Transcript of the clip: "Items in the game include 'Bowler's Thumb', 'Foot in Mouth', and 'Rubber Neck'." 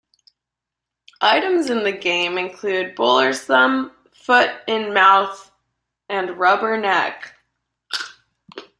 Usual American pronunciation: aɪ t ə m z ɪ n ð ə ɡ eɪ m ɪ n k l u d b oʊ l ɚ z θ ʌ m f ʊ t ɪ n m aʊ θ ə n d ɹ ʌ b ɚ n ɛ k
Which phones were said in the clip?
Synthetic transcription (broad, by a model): aɪ t ə m z ɪ n ð ə ɡ eɪ m ɪ n k l u d b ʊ l ɚ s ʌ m f ʊ t ɪ n m aʊ θ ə n ɹ ʌ b ɚ n ɛ k